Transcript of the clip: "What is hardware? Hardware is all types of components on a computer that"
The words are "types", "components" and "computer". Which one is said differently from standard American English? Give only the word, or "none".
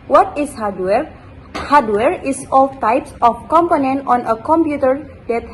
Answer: components